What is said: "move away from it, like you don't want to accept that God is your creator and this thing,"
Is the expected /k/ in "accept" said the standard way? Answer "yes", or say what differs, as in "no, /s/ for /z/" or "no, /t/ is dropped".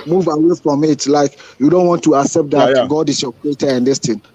yes